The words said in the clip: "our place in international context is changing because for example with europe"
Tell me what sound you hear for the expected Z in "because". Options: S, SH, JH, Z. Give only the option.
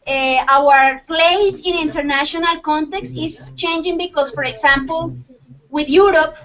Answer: S